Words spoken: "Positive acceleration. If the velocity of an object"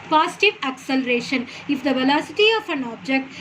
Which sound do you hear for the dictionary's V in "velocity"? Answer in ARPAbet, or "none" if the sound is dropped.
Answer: V